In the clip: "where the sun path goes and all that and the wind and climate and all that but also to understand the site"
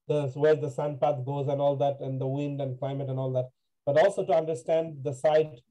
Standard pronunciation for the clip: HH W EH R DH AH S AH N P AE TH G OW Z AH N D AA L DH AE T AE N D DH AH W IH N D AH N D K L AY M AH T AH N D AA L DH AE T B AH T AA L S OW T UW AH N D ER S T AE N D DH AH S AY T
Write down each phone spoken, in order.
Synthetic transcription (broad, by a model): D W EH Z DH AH S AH N P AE T G OW Z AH N AA L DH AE T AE N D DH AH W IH N D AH N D K L AY M AH T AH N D AA L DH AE T B AH T AA L S OW T UW AH N D ER S T AE N D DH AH S AY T